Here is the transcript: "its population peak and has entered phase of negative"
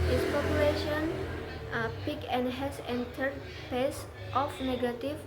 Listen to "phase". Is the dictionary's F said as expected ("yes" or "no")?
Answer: no